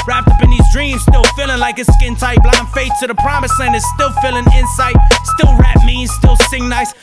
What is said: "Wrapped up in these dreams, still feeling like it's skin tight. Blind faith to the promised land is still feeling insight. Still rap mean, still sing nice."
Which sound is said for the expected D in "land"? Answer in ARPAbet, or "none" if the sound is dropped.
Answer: none